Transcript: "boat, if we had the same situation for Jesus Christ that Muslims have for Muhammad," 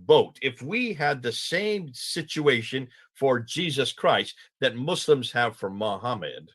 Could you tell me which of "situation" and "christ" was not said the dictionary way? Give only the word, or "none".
none